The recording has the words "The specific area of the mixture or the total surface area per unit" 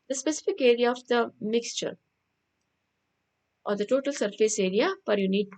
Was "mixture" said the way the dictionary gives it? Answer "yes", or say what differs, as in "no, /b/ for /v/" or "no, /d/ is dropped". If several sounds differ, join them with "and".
yes